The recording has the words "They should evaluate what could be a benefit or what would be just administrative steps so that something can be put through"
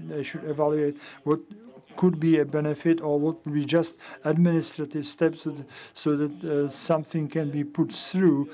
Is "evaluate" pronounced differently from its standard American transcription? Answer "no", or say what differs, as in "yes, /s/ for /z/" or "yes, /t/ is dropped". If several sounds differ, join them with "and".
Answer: no